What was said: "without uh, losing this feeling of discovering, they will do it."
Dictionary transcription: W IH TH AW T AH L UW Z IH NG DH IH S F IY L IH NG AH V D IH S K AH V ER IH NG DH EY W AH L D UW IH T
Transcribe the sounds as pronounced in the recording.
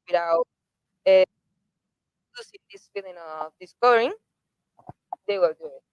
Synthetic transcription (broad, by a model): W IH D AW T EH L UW S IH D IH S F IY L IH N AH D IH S K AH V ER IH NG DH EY W AH L D UW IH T